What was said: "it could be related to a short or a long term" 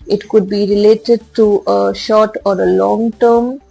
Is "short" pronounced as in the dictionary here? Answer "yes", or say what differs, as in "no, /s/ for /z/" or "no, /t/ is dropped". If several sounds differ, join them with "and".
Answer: yes